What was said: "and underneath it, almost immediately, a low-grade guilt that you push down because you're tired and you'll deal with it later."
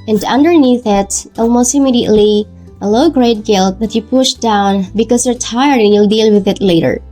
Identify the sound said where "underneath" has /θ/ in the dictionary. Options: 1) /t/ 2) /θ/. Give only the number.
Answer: 2